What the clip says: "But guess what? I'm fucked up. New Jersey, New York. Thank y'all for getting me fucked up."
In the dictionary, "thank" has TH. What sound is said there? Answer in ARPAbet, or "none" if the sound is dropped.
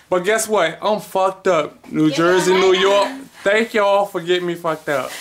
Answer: T